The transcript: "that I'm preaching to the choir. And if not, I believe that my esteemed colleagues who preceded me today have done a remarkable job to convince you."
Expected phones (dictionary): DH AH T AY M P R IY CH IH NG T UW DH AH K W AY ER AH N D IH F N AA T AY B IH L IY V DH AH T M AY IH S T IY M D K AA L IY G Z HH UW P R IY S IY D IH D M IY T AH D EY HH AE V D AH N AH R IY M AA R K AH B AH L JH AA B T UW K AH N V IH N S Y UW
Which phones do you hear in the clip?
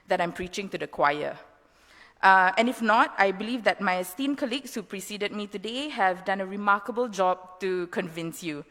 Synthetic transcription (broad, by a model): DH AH T AY M P R IY CH IH NG T UW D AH K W AY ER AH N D IH F N AA T AY B IH L IY V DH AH T M AY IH S T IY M K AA L IY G S HH UW P R IY S IY D IH D M IY T AH D EY HH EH V D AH N AH R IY M AA K AH B AH L JH AA B T UW K AH N V IH N S Y UW